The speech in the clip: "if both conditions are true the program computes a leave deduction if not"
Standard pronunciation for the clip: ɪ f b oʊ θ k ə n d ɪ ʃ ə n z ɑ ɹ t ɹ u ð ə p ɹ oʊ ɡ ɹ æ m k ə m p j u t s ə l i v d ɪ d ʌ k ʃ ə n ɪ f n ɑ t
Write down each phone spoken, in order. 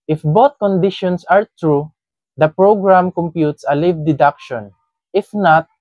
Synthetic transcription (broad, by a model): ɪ f b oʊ t k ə n d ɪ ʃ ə n s ɑ ɹ t ɹ u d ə p ɹ oʊ ɡ ɹ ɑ m k ə m p j u t s ə l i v d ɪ d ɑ k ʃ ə n ɪ f n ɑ t